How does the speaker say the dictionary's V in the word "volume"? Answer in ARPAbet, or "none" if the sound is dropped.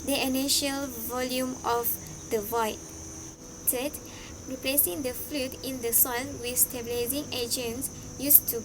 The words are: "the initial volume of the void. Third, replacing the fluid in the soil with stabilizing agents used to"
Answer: V